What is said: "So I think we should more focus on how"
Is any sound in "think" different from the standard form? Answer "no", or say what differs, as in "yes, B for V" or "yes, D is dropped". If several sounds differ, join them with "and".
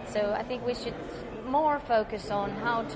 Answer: no